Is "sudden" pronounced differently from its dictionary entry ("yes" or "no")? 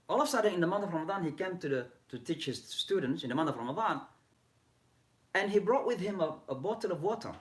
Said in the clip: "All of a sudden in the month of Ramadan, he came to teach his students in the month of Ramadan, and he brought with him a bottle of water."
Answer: yes